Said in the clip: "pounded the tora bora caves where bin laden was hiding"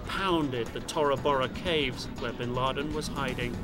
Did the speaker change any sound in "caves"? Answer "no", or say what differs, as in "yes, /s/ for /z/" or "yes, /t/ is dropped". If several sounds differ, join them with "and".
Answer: no